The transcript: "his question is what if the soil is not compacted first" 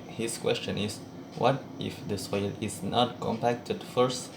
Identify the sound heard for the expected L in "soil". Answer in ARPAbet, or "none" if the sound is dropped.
L